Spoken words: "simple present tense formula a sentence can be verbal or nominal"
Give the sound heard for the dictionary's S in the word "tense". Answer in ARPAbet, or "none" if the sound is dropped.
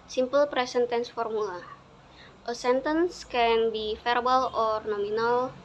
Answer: S